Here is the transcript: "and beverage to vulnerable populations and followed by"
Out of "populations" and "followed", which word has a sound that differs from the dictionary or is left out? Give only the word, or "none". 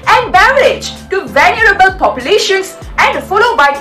populations